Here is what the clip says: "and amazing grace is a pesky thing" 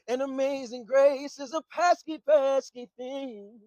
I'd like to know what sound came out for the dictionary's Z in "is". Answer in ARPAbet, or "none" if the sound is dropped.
Z